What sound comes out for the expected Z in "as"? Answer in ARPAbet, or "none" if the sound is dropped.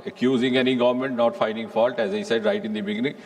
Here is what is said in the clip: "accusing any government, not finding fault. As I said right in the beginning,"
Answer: Z